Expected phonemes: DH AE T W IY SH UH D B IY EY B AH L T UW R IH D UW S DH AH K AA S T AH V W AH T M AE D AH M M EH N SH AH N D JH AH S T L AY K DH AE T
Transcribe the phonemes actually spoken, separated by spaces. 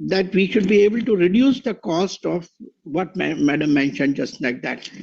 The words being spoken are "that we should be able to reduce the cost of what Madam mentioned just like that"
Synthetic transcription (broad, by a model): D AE T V IY SH UH D B IY EY B AH L T UW R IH D UW S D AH K AA S T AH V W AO T M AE D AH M M EH N SH AH N D JH AH S T L AY K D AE T